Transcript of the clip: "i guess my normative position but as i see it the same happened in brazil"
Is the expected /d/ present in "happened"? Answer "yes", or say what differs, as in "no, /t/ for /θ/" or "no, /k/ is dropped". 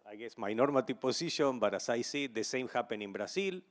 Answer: no, /d/ is dropped